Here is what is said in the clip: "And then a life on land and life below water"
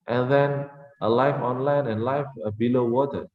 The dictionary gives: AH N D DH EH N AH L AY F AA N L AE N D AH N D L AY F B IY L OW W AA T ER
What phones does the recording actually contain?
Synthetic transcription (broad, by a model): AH N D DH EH N AH L AY F AA N L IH N AH N L AY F B IY L OW W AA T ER